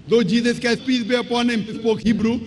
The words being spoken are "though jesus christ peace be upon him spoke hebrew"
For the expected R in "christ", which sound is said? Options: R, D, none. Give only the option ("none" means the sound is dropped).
none